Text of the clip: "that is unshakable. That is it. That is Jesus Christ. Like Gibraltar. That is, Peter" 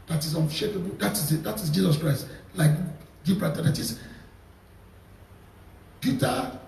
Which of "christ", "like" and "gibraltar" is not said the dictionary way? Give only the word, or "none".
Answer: gibraltar